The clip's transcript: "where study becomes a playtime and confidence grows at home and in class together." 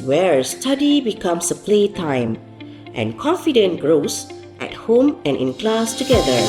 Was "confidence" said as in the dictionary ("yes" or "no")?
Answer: no